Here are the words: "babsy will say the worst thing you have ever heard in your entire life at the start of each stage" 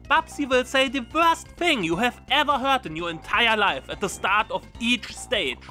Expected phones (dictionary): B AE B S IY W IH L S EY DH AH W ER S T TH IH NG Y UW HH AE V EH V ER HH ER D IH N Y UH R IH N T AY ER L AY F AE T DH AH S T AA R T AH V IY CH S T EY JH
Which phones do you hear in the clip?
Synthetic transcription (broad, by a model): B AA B S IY W IH L S EY DH AH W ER S T TH IH NG Y UW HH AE V EH V ER HH ER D IH N Y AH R IH N T AY ER L AY F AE T DH AH S T AA R T AH V IY CH S T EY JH